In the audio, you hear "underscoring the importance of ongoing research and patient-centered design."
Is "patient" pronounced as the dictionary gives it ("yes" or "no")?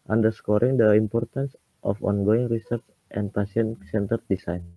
no